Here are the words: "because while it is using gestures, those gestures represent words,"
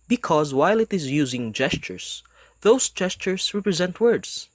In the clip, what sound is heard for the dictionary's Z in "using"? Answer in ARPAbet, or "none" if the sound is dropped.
Z